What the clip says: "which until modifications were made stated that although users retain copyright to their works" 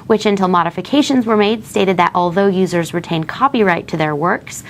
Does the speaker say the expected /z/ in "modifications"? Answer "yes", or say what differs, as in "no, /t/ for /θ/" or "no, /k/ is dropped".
yes